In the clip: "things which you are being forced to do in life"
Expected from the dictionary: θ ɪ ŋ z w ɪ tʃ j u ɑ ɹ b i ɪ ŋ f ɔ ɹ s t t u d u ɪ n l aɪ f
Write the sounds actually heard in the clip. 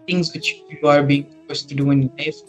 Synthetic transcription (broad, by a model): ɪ ŋ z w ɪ tʃ j u ɑ ɹ b i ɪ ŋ p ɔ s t t u d u ɪ n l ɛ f